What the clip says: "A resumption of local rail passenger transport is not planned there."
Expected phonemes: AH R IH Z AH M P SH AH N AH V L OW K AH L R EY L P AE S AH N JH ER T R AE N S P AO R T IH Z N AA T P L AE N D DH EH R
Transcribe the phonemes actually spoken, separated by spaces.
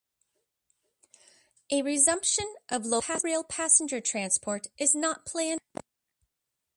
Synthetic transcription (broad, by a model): AH R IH Z AH M P SH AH N AH V L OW AH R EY L P AE S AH N JH ER T R AE N S P AO R T IH Z N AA T P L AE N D